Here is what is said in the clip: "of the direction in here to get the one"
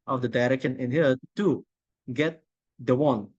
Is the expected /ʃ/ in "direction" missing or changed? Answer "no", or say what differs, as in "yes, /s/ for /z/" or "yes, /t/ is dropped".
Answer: yes, /ʃ/ is dropped